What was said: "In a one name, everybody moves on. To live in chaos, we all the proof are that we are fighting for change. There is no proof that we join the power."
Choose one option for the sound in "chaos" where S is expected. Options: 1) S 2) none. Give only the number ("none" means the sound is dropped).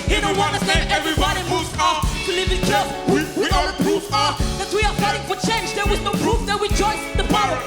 2